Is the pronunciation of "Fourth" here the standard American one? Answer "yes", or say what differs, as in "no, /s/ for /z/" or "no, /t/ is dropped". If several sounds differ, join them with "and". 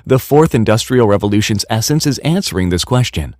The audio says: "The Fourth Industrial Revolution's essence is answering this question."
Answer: yes